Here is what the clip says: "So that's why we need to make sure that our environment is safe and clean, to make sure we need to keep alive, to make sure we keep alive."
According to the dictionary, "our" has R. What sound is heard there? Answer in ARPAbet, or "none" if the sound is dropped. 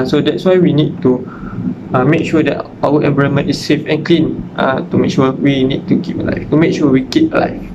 W